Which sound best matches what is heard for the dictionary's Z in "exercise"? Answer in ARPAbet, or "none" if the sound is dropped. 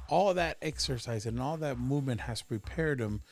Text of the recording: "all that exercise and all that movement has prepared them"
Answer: Z